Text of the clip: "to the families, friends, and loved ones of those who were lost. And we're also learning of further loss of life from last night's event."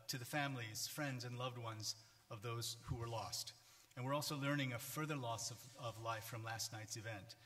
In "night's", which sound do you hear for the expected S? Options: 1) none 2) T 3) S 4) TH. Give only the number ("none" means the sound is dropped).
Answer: 3